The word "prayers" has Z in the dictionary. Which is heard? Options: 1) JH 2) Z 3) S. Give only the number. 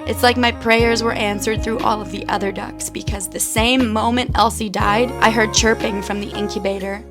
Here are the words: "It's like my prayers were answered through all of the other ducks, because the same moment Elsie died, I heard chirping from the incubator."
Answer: 2